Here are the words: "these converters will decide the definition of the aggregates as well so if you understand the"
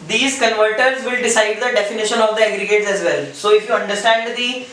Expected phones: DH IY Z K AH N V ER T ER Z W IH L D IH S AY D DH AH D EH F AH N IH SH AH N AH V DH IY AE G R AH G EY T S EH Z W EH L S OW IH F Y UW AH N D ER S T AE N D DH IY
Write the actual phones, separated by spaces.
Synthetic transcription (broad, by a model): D IY Z K AH N V ER T ER Z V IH L D IH S AY D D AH D EH F AH N IH SH AH N AH V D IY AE G R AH G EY T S EH Z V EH L S OW IH F Y UW AH N D ER S T AE N D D IY